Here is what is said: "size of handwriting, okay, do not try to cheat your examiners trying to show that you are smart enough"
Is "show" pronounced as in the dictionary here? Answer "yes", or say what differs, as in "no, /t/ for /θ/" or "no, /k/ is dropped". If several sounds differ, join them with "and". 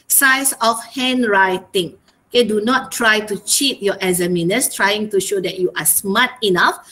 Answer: yes